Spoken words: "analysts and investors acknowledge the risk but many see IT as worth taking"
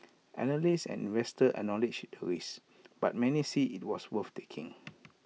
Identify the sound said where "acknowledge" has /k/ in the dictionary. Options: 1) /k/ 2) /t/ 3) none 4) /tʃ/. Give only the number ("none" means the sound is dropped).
3